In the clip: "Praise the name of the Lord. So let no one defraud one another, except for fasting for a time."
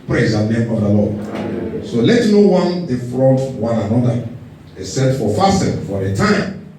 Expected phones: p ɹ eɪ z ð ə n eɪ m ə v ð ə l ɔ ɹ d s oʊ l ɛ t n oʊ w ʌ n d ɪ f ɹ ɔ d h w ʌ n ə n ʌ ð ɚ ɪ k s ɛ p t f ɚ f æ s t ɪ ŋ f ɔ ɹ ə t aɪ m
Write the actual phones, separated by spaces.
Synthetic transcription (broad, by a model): p ɹ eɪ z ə n eɪ m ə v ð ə l ɔ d s oʊ l ɛ t n oʊ w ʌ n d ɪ f ɹ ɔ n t w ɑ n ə n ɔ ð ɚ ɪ s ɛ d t f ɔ f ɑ s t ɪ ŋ f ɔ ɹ ə t aɪ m